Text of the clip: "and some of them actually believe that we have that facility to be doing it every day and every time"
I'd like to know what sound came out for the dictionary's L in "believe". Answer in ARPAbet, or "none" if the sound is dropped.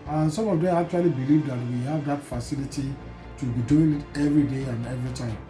L